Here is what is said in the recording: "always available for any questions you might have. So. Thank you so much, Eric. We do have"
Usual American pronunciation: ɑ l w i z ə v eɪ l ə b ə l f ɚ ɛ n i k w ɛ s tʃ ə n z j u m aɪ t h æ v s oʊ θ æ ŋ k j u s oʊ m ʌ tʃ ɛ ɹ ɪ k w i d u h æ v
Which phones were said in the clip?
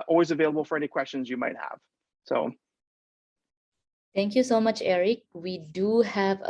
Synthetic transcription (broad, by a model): ɑ l w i z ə v eɪ l ə b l f ɚ ɛ n i k w ɛ s tʃ ə n z j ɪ m aɪ t h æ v s oʊ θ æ ŋ k j u s oʊ m ʌ tʃ ɛ ɹ ɪ k w i d u h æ v